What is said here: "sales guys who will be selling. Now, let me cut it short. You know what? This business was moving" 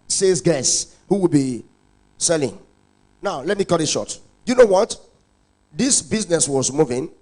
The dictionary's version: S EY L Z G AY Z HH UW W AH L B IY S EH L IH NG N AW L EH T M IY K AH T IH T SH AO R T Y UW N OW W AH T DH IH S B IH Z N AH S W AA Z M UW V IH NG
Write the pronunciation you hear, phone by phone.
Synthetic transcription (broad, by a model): S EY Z G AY S HH UW W AH L B IY S EH L IH NG N AW L EH T M IY K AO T IH T SH AO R T Y UW N OW W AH T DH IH S B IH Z N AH S W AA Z M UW V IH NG